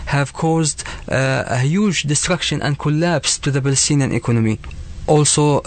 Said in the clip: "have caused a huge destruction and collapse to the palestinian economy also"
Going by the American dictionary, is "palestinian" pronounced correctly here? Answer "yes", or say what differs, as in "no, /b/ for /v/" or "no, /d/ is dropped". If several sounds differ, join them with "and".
no, /b/ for /p/